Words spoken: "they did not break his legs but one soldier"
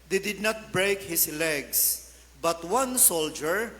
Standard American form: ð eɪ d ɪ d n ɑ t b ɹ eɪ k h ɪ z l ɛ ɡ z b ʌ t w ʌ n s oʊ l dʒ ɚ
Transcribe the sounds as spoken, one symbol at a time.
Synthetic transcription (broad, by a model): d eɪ d ɪ d n ɑ t b ɹ eɪ k h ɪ s l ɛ ɡ s b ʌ t w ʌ n s oʊ l dʒ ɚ